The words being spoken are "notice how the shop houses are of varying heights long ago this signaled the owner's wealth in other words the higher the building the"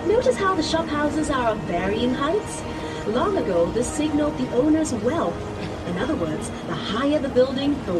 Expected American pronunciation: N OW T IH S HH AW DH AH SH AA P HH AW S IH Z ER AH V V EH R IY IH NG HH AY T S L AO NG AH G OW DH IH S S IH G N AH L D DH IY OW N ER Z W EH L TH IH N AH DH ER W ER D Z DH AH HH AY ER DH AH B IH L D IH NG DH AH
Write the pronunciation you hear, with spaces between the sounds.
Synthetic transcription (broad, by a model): N OW T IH S HH AW DH AH SH AA P HH AW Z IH Z ER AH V V EH R IY IH NG HH AY T S L AO NG AH G OW DH IH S S IH G N L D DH IY OW N ER Z W EH L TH IH N AH DH ER W ER D Z DH AH HH AY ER DH AH B IH L D IH NG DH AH